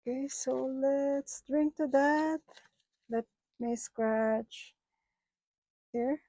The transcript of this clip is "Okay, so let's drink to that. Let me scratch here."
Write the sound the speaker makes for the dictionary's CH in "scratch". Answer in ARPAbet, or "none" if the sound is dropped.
CH